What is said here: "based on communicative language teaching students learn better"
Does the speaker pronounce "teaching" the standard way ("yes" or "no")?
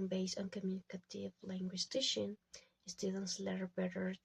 no